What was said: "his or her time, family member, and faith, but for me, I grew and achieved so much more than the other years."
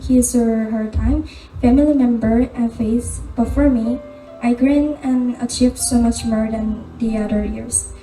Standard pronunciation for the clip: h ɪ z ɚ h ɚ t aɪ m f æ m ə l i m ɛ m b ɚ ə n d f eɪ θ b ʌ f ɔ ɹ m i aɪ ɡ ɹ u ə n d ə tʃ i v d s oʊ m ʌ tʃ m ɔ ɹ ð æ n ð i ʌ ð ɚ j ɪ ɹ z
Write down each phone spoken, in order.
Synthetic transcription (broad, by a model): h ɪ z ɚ h ɚ t aɪ m f æ m ə l i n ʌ m b ɚ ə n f eɪ s b ʌ f ɔ ɹ m i aɪ ɡ ɹ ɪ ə n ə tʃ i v s oʊ m ʌ tʃ m ɔ ɹ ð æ n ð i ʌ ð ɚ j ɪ ɹ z